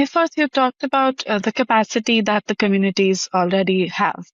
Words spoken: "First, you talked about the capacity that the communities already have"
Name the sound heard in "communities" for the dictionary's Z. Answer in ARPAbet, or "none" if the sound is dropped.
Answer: Z